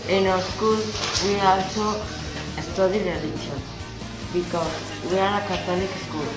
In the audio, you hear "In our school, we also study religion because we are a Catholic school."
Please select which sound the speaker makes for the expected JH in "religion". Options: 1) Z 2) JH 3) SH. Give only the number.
3